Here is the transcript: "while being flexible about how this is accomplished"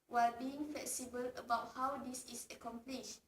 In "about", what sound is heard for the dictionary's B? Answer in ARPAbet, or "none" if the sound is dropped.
B